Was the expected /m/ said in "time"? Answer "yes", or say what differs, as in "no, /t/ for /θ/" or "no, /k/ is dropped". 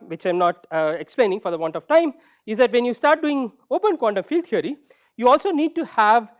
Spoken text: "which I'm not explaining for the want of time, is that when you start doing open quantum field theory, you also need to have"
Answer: yes